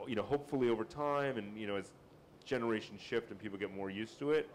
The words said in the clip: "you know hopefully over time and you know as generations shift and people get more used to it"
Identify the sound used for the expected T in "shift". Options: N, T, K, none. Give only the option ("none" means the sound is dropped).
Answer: T